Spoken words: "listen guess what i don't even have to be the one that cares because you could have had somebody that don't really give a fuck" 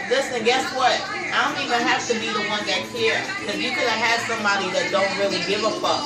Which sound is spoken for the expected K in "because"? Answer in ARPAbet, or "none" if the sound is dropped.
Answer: none